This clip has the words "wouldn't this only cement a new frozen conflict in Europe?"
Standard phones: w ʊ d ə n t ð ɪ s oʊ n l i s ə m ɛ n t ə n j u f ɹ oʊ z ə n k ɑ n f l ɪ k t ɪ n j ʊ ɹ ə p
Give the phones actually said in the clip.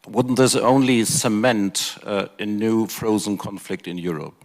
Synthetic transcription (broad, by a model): w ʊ d n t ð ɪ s oʊ n l i s ə m ɛ n t ə n j u f ɹ oʊ z ə n k ɑ n f l ɪ k t ɪ n j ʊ ɹ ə p